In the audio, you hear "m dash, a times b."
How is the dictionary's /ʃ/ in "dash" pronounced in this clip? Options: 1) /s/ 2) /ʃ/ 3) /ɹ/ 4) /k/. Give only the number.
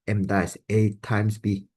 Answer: 1